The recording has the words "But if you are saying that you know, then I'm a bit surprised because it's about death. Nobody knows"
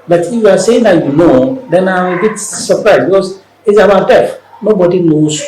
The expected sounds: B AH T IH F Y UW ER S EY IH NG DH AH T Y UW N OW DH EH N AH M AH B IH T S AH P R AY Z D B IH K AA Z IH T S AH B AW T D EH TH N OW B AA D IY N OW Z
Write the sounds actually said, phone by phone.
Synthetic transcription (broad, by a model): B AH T IH F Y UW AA S EY IH NG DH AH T Y UW N OW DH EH N AH M AH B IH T S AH P R AY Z B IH K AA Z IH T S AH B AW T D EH F N OW B AA D IY N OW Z